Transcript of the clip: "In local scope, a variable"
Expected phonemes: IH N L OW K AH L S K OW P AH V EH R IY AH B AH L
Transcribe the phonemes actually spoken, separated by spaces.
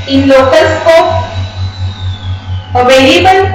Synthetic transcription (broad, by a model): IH N L OW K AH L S K OW AH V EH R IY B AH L